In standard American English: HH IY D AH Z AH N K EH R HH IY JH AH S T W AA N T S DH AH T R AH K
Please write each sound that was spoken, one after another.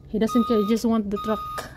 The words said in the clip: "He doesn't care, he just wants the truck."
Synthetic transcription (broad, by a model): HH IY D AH S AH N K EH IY JH AH S T W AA N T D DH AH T R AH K